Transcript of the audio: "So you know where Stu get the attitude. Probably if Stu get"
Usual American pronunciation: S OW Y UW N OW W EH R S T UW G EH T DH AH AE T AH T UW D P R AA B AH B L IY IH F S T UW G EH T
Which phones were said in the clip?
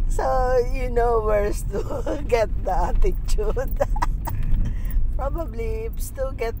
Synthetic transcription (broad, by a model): S OW Y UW N OW W EH R S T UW G EH T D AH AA T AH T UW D P R AA B AH B L IY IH P S T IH G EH T